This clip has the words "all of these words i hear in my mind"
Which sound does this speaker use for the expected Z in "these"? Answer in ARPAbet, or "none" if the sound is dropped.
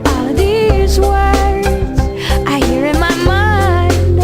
Z